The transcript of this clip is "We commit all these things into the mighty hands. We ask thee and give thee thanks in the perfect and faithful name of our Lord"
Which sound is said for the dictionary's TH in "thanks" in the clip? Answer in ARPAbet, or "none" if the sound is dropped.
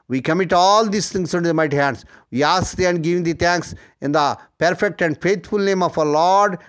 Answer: T